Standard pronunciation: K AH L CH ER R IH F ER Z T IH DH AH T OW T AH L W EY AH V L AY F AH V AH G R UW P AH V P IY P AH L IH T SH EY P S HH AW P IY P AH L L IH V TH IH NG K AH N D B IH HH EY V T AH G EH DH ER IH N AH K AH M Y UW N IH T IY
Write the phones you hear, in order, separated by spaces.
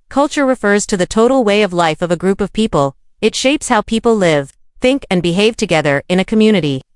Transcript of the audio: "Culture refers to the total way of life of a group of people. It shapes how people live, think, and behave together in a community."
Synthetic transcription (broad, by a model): K AH L CH ER R IH F ER Z T IH DH AH T OW T L W EY AH V L AY F AH V AH G R UW P AH V P IY P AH L IH T SH EY P S HH AW P IY P L L IH V TH IH NG K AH N B IH HH EY V T AH G EH DH ER IH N AH K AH M Y UW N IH T IY